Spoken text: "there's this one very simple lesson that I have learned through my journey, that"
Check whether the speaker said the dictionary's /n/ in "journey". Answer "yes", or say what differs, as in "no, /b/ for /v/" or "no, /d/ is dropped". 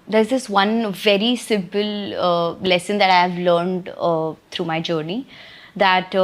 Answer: yes